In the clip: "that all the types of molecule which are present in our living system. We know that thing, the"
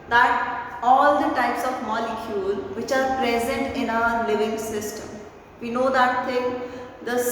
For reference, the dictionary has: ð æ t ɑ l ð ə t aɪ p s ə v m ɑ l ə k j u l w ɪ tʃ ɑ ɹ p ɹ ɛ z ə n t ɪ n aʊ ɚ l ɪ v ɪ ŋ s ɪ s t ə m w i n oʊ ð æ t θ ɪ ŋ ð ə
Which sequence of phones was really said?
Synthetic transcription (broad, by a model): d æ t ɑ l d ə t aɪ p s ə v m ɑ l ə k j u l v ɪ tʃ ɑ ɹ p ɹ ɛ z ə n t ɪ n aʊ ɚ l ɪ v ɪ ŋ s ɪ s t ə m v i n oʊ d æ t t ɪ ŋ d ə